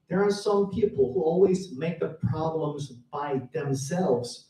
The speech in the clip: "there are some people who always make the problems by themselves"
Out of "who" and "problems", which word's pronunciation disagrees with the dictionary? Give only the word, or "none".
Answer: none